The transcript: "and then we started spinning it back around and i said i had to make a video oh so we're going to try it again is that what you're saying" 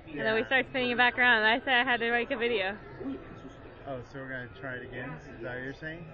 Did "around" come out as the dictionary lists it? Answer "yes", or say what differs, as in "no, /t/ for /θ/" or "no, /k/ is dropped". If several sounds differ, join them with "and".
no, /n/ is dropped